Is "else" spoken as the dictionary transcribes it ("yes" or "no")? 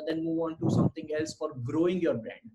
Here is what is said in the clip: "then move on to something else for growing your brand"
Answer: yes